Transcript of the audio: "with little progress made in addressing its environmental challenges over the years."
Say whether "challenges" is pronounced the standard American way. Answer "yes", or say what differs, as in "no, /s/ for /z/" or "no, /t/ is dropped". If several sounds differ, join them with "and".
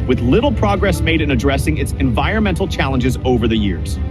yes